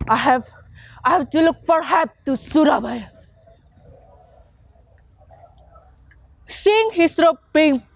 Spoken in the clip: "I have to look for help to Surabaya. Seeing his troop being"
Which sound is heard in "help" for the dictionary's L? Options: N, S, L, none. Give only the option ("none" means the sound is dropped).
none